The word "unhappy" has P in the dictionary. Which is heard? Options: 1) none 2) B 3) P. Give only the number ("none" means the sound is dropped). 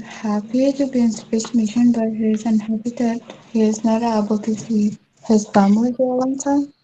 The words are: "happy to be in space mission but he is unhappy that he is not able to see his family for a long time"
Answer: 2